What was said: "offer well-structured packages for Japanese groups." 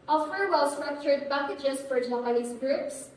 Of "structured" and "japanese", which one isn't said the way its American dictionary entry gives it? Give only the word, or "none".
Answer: japanese